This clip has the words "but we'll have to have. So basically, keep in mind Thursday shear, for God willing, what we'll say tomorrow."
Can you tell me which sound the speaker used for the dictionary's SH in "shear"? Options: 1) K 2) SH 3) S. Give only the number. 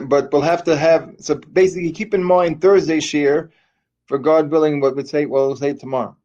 2